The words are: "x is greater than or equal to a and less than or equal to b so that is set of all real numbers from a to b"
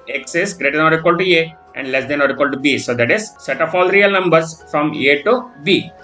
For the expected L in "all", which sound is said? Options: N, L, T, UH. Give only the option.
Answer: L